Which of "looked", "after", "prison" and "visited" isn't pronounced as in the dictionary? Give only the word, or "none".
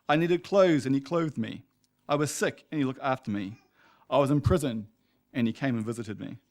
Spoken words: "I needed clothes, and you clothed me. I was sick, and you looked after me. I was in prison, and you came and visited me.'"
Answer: none